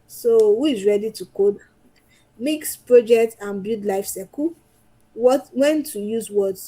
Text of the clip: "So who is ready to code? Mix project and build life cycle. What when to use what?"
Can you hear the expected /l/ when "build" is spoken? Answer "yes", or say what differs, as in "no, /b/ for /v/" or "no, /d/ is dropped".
no, /l/ is dropped